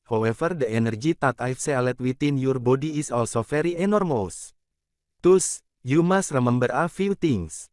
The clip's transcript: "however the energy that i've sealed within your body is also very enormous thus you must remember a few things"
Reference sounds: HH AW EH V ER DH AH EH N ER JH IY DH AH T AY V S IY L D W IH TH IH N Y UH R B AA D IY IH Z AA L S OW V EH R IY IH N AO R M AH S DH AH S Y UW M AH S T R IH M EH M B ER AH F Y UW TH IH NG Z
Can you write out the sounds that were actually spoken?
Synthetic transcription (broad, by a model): HH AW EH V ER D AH EH N ER JH IY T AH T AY F S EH L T W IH T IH N Y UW R B AA D IY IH S AA L S OW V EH R IY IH N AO R M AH S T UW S Y UW M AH S T R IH M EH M B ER AH F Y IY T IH NG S